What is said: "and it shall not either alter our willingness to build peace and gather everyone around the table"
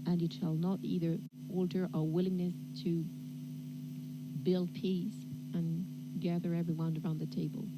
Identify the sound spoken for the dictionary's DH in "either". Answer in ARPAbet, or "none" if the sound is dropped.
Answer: DH